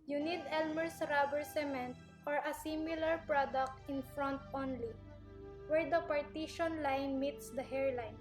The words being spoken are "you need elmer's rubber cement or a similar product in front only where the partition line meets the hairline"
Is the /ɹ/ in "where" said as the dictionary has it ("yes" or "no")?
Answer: yes